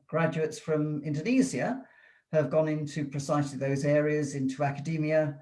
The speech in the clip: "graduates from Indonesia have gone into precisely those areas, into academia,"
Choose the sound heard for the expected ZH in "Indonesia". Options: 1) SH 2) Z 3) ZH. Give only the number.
2